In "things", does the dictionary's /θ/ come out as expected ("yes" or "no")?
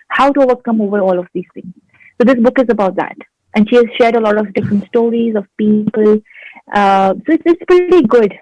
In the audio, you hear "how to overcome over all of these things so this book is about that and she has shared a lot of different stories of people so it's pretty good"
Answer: no